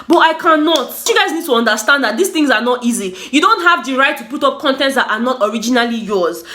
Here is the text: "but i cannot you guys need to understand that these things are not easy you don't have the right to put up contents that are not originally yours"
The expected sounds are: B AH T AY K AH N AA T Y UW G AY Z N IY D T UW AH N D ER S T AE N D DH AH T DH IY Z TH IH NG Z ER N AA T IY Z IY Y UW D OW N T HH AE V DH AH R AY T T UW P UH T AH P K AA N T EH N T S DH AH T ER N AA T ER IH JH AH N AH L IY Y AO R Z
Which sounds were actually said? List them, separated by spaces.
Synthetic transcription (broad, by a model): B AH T AY K AH N AA T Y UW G AY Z N IY D T UW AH N D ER S T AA N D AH T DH IY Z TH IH NG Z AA N AA T IY Z IY Y UW D OW N T HH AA V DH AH R AY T T UW P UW T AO P K AA N T EH N T S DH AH T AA N AA T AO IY JH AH N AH L IY Y AO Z